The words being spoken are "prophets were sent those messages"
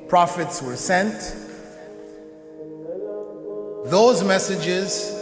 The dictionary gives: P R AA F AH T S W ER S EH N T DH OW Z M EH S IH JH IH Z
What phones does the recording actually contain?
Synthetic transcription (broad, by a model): P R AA F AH T S W ER S EH N T DH OW Z M EH S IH JH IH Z